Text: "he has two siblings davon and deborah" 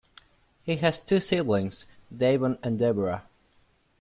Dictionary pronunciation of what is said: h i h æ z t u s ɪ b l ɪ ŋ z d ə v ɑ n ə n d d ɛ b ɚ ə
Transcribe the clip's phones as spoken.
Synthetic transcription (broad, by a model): h i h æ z t u s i l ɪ ŋ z d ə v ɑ n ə n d d ɛ b ɚ ə